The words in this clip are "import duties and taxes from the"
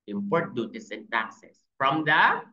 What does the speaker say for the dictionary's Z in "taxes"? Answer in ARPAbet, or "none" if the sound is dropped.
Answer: S